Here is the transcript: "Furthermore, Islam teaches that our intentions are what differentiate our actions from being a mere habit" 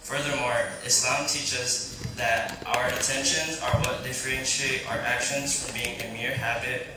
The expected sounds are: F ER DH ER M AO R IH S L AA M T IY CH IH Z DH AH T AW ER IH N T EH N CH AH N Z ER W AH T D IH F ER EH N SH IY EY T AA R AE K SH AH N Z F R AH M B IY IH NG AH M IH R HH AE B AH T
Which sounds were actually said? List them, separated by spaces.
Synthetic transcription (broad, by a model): F ER DH ER M AO R IH S L AA M T IY CH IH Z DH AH T AW ER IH N T EH N SH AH N Z ER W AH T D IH F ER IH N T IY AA AH R AE K SH AH N Z F R AH M B IY IH NG AH M IH R HH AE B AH T